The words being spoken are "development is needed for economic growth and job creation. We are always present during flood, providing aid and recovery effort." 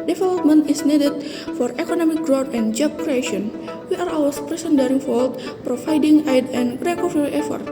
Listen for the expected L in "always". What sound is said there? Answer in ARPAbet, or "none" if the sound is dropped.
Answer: none